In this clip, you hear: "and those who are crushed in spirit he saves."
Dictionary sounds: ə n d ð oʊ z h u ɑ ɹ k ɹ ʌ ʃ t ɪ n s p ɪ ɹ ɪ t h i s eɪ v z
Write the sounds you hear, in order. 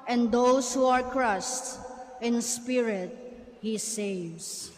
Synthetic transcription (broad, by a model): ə n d oʊ s h u ɑ ɹ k ɹ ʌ s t ɪ n s p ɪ ɹ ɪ t h i s eɪ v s